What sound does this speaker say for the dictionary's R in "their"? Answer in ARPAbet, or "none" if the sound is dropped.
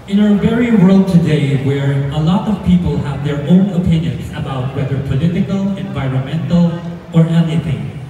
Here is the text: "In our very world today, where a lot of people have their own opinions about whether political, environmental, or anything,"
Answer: R